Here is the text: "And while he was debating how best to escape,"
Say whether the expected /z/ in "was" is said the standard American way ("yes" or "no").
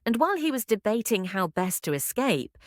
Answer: yes